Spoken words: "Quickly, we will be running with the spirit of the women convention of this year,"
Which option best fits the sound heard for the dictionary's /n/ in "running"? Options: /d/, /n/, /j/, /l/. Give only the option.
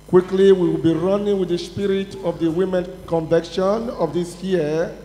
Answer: /n/